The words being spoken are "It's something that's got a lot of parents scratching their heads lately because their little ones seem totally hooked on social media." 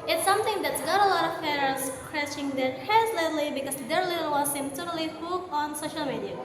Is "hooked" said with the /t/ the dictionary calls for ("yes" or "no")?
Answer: no